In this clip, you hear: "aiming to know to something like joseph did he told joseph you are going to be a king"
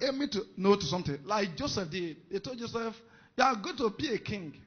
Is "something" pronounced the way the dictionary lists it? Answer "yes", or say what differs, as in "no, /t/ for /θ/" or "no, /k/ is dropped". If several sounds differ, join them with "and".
no, /t/ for /θ/